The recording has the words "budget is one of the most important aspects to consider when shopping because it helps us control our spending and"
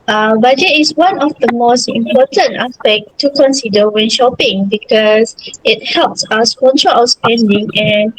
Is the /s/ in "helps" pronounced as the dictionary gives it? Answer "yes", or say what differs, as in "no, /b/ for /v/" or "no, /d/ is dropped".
yes